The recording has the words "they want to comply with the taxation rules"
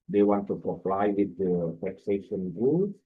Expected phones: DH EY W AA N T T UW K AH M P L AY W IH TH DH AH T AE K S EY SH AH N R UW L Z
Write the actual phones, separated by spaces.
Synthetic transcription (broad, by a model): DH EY W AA N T T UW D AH P L AY W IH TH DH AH T AE K S EY SH AH N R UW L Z